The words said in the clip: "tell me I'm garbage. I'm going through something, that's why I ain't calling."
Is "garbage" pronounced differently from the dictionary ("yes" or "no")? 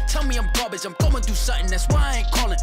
yes